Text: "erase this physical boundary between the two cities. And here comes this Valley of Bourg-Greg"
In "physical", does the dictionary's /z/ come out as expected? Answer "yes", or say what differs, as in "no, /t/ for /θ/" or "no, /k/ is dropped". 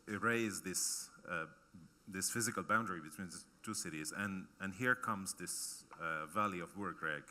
yes